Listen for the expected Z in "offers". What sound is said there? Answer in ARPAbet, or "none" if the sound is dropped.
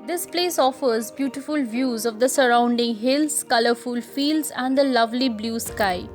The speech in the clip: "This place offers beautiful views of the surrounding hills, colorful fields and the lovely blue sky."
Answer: Z